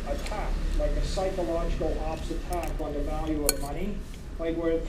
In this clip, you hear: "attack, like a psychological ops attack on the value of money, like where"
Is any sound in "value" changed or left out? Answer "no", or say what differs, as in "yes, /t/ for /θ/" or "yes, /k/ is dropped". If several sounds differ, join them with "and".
no